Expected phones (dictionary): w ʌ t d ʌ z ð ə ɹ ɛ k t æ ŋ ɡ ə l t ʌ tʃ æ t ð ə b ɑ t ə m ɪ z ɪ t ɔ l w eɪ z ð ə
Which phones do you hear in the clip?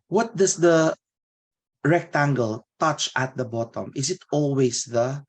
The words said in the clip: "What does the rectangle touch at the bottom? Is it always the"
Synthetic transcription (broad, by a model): w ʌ t d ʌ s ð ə ɹ ɛ k t æ ŋ ɡ ə l t ʌ tʃ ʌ t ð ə b ɑ t ə m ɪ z ɪ t ɔ l w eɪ s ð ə